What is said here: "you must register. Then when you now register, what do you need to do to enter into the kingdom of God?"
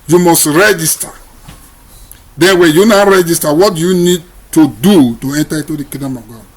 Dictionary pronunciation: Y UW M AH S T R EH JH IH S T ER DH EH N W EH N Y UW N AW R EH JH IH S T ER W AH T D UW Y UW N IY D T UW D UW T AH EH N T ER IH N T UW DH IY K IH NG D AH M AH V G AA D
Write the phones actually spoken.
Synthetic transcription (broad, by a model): Y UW M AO S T R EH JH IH S T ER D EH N W EH N Y UW N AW R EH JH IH S T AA W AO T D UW Y UW N IY D T UW D UW T AH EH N T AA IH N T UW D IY K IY D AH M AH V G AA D